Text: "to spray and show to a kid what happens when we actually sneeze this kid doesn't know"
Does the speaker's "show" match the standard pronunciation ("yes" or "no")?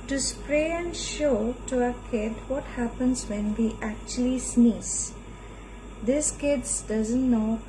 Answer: yes